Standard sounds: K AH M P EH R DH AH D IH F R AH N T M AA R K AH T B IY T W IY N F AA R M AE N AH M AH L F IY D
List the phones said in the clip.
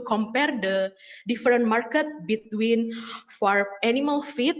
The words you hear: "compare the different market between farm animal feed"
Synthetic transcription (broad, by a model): K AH M P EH R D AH D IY F R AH N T M AA R K AH T B IY T W IY N F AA R EH N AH M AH L F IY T